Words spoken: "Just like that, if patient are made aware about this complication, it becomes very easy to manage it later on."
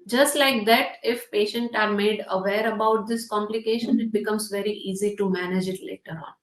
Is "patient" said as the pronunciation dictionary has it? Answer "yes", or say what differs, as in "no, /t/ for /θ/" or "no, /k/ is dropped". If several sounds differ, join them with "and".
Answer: yes